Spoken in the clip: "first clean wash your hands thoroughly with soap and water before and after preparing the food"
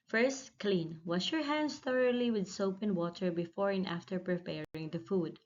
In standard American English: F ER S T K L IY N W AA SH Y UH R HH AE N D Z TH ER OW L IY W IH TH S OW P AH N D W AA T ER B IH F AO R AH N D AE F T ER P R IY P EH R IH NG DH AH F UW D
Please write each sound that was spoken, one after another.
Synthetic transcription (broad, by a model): F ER S T K L IY N W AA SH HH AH R HH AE N D S TH ER OW L IY W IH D S OW P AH N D W AA T ER B IH F AO R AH N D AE F T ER P R IY P EH R IH NG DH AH F UW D